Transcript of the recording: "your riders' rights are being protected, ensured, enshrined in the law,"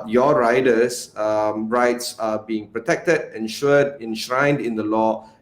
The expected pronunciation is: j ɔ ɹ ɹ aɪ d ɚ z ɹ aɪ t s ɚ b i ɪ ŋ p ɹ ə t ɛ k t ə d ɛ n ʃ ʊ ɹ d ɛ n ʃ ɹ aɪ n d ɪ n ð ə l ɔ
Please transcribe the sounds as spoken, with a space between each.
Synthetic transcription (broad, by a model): j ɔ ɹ ɹ aɪ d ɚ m ɹ aɪ t s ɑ b i ɪ ŋ p ɹ ə t ɛ k t ə d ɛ n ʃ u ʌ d ɛ n ʃ ɹ aɪ n d ɪ n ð ə l ɔ